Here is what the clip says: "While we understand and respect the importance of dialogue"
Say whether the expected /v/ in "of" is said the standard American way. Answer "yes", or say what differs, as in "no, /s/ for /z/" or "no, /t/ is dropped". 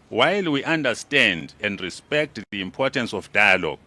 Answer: no, /f/ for /v/